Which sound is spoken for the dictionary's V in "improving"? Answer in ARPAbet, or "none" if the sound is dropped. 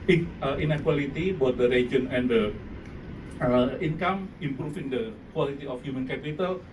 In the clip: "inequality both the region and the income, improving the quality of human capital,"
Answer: F